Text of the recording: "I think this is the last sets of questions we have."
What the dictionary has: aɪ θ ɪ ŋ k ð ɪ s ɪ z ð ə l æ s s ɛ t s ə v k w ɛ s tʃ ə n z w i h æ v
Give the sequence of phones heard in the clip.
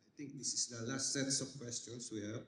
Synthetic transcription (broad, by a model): aɪ t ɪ ŋ k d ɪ s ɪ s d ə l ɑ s s ɛ t s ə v k w ɛ s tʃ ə n s w i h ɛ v